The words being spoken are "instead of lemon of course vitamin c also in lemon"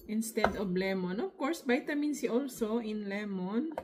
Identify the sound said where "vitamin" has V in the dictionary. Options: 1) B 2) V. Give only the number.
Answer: 1